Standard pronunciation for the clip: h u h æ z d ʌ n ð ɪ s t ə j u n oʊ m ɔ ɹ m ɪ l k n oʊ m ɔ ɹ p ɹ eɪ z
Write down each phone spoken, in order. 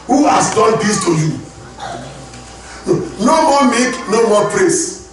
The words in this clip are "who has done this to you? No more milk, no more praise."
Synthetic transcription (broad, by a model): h u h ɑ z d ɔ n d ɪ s t ə j u n oʊ m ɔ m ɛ k n oʊ m ɔ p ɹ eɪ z